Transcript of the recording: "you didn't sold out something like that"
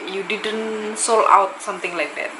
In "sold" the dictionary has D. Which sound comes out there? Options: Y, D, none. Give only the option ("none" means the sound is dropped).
none